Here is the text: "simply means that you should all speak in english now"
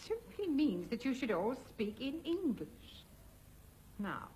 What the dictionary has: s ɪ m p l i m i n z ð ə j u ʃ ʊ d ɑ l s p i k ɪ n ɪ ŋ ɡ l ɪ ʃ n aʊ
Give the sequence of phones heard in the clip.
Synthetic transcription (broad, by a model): s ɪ m p l i m i n z ð ə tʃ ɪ ʃ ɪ d ɑ l s p i k ɪ n ɪ ŋ ɡ l ɪ ʃ n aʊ